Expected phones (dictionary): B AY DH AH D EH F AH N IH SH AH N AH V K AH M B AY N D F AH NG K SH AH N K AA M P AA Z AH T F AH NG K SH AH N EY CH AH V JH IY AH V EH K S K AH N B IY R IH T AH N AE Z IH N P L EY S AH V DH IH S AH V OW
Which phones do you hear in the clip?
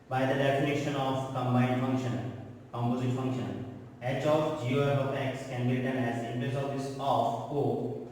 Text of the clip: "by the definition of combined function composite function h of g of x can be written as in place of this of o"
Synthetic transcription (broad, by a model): B AY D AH D EH F AH N IH SH AH N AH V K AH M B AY D F AH NG K SH AH N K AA M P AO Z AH T F AH NG K SH AH N EY CH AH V JH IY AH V EH K S K AH N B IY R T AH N AE Z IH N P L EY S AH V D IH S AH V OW